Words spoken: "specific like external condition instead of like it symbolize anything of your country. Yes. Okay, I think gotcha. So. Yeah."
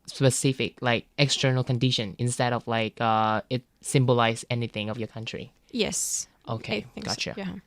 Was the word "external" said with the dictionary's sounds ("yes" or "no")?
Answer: yes